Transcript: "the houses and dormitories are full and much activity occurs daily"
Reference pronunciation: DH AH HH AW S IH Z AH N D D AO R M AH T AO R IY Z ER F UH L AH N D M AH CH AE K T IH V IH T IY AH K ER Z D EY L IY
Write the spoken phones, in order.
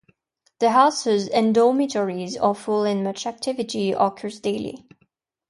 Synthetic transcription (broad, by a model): DH AH HH AW S IH Z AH N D D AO M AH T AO R IY Z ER F UH L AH N M AH CH AE K T IH V IH T IY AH K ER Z D EY L IY